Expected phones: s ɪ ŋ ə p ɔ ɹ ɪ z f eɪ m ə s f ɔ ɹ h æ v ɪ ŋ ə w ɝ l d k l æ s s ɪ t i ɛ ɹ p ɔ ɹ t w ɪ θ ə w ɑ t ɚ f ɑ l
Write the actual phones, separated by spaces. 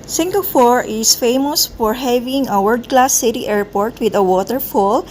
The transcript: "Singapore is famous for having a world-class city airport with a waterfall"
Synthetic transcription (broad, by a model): s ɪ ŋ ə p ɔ ɹ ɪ s f eɪ m ə s f ɔ ɹ h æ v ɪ ŋ ə w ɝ d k l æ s s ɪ t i ɛ ɹ p ɔ ɹ t w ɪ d ə w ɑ t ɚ f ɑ l